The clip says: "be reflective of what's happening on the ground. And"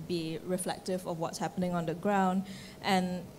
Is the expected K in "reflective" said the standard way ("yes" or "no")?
yes